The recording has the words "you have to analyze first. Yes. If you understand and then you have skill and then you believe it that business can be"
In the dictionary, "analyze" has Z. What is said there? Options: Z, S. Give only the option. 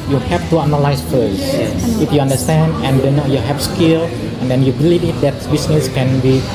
S